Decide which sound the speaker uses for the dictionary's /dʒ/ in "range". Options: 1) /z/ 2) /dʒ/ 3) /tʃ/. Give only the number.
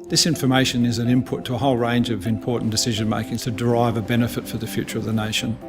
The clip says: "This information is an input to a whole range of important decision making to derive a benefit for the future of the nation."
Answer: 2